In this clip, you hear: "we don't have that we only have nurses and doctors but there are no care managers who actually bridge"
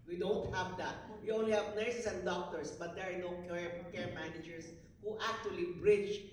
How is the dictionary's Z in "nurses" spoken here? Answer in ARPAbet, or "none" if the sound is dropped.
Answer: S